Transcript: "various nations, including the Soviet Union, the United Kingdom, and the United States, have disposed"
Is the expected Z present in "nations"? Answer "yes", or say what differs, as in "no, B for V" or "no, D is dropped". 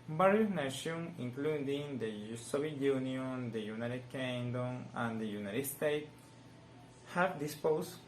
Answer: no, Z is dropped